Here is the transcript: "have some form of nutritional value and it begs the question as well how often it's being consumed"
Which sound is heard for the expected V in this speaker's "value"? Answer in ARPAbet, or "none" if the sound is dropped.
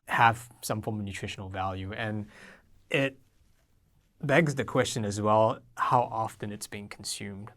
V